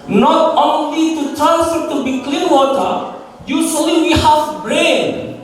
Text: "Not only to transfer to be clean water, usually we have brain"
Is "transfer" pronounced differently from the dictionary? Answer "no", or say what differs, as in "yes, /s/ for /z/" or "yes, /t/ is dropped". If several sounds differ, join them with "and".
yes, /f/ is dropped